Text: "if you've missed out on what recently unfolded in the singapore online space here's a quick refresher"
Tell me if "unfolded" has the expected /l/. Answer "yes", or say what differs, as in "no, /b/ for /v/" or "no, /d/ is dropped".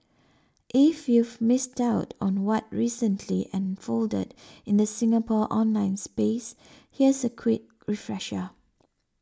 yes